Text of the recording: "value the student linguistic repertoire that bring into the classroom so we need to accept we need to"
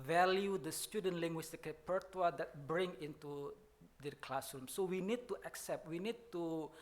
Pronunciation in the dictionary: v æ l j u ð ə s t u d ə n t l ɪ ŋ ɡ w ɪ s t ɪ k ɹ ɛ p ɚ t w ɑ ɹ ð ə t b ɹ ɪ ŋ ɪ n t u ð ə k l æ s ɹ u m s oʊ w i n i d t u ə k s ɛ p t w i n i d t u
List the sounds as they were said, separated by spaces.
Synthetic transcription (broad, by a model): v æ l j u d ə s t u d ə n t l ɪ ŋ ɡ w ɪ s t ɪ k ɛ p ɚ t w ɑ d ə t b ɹ ɪ ŋ ɪ n t u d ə k l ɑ s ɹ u m s oʊ w i n i d t u ə k s ɛ p t w i n i d t u